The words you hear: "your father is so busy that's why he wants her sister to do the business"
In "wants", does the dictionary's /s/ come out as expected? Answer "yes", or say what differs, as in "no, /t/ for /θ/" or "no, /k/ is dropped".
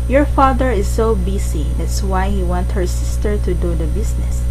no, /s/ is dropped